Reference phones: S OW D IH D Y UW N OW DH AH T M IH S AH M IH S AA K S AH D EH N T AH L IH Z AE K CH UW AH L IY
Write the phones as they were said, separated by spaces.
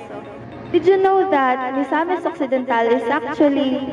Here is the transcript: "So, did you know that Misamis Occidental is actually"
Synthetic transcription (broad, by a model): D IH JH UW N OW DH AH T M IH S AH M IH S AA K S AH D EH N T AH L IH S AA K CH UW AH L IY